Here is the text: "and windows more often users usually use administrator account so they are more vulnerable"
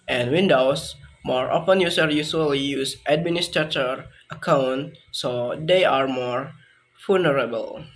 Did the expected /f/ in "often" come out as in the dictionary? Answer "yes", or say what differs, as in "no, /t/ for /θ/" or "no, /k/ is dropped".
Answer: no, /p/ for /f/